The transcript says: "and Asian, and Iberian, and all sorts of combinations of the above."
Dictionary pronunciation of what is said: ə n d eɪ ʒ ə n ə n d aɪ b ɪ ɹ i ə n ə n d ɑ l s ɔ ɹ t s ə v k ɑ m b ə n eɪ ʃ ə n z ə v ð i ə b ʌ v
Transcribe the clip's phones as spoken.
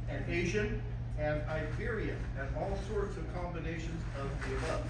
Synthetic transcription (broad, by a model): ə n eɪ ʒ ə n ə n aɪ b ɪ ɹ i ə ə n ɑ l s ɔ ɹ t s ə v k ɑ m b ə n eɪ ʃ ə n z ə v ð i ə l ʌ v